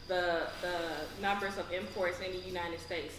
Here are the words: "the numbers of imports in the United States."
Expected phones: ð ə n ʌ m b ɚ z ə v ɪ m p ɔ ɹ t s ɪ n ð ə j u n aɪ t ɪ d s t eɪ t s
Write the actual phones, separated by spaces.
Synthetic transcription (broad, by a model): ð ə n ʌ m b ɚ z ə v ɪ m p ɔ ɹ t s ɪ n ð ə j u n aɪ t ɪ d s t eɪ t s